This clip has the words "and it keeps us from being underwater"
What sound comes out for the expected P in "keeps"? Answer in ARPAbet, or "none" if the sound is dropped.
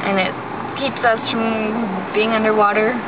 P